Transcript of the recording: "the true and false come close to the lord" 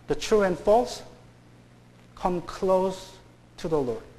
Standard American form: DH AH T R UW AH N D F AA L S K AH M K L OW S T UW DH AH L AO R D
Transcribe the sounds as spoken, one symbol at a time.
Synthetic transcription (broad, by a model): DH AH T R UW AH N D F AA L S K AH M K L OW S T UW DH AH L AO R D